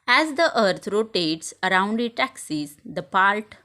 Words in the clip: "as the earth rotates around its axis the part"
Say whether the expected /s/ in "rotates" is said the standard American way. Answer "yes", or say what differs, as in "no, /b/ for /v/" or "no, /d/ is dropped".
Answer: yes